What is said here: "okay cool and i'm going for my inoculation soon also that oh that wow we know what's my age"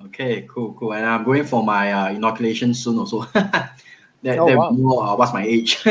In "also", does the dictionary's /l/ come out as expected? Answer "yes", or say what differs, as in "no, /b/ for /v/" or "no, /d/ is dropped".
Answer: no, /l/ is dropped